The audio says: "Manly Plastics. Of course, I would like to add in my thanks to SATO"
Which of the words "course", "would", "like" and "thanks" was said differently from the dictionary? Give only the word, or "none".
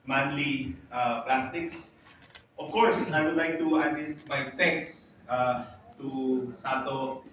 thanks